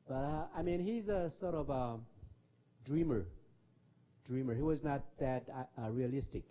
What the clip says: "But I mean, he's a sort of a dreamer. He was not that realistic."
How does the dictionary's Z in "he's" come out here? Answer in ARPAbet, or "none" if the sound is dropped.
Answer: Z